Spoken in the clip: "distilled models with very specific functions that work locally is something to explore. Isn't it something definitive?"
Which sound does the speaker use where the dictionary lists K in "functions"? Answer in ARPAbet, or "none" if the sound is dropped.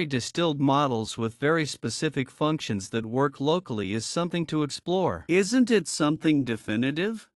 K